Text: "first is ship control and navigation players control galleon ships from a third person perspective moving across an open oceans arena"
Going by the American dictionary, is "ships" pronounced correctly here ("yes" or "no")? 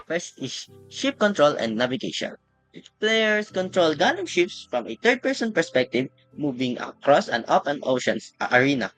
yes